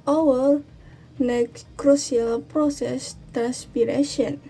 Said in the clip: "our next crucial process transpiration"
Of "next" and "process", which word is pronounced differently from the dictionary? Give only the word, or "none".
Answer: next